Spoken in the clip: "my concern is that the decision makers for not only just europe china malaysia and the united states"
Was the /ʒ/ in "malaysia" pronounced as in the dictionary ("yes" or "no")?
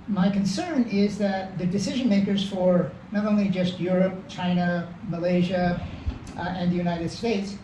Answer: yes